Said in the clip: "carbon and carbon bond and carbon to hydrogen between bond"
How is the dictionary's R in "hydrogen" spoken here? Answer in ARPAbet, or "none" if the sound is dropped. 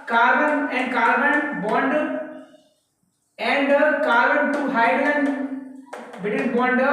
L